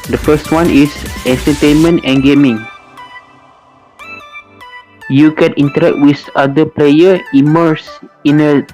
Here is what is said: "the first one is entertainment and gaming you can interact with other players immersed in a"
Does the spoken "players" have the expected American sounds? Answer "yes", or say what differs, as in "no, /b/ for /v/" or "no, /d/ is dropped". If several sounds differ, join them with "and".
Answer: no, /z/ is dropped